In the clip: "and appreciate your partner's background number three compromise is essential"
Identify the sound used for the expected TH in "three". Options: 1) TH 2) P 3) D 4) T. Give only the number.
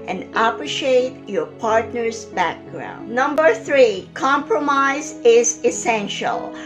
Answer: 1